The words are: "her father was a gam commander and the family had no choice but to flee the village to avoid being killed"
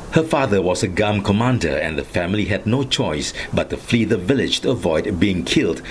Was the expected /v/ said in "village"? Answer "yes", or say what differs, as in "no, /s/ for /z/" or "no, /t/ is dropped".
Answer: yes